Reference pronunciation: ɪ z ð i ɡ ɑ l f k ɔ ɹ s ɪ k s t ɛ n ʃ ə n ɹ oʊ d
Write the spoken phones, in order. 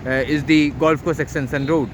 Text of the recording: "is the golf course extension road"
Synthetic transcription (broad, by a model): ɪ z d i ɡ ɑ l f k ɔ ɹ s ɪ k s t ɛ n s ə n ɹ oʊ d